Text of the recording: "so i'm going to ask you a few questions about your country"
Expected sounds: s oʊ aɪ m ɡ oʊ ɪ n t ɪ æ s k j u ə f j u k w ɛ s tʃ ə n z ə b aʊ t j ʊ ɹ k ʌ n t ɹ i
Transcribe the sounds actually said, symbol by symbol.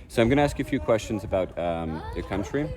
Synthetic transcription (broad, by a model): s oʊ aɪ m ɡ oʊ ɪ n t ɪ æ s k j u ə f j u k w ɛ s tʃ ə n z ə b aʊ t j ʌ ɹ k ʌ n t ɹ i